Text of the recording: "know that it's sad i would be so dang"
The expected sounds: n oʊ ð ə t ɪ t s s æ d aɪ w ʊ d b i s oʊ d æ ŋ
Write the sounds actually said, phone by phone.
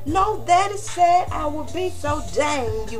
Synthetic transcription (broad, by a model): n oʊ ð ə t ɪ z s s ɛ aɪ w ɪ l b i s oʊ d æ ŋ